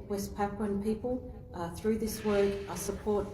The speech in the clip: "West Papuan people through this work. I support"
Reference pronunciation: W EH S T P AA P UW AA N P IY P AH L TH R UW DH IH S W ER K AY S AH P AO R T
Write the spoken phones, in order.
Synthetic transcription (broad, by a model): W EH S P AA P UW N P IY P AH L TH R UW DH IH S W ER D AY S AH P AO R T